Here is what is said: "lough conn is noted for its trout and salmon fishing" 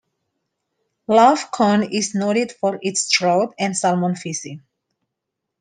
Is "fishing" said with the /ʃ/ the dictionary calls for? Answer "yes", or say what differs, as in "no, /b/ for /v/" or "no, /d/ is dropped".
no, /s/ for /ʃ/